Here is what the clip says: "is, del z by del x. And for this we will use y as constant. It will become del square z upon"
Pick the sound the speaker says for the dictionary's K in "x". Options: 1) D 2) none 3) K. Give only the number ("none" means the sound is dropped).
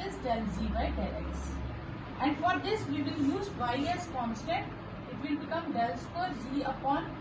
2